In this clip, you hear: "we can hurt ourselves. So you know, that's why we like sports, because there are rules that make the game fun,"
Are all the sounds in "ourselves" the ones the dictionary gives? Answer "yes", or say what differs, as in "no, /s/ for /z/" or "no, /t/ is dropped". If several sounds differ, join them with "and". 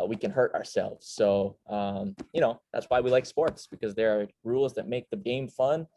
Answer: yes